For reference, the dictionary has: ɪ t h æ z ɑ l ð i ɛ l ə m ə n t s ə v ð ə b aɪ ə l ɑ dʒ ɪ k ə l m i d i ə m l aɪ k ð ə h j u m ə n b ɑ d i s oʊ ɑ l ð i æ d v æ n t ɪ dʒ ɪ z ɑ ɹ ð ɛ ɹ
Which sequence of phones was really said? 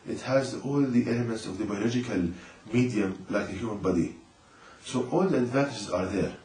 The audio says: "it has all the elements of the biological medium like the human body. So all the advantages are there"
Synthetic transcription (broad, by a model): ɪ t h æ z ɑ l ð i ɛ l ə m ə n t s ə v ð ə b aɪ ə l ɑ dʒ ɪ k ə l m i d i ə m l aɪ k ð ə h j u m ə n b ɑ d i s oʊ ɑ l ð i æ d v æ n t ɪ dʒ ɪ z ɑ ɹ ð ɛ ɹ